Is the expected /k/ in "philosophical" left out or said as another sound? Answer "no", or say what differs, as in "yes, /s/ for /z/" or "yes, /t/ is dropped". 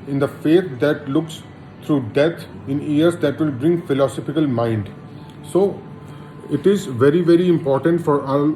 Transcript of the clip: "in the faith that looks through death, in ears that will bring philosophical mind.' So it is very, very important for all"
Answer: no